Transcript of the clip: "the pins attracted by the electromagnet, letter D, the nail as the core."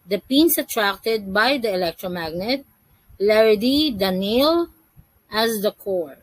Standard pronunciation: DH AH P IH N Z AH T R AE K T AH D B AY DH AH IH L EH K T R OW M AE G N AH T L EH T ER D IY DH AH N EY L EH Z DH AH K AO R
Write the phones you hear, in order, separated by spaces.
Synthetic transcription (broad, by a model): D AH P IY N S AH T R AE K T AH D B AY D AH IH L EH K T R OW M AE G N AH T L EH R D IY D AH N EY L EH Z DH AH K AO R